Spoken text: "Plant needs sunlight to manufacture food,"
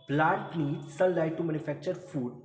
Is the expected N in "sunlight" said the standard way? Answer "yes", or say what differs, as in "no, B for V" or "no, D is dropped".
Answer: no, N is dropped